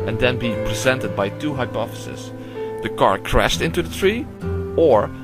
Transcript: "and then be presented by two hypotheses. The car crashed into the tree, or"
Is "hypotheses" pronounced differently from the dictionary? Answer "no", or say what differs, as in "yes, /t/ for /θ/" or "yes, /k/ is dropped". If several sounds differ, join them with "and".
yes, /f/ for /θ/